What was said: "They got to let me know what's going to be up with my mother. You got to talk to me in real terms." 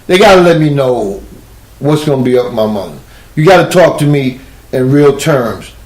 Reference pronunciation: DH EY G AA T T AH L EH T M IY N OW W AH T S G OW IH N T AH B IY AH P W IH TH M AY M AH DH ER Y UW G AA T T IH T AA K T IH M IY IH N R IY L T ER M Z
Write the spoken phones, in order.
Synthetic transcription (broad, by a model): DH EY G AA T T AH L EH T M IY N OW W AH T S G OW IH N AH B IY AH P M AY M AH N Y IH G AA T T IH T AA K T IH M IY IH N R IY L T ER M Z